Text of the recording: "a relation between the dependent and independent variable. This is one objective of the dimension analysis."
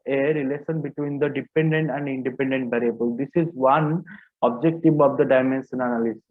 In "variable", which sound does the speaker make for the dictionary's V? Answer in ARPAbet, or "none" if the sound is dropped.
B